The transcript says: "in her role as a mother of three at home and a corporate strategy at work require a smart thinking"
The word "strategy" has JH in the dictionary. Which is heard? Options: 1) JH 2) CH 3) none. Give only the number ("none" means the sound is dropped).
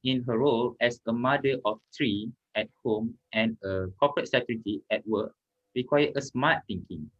3